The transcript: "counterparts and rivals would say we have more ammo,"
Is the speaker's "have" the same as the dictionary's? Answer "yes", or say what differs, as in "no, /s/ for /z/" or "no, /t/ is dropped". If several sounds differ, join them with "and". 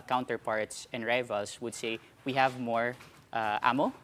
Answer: yes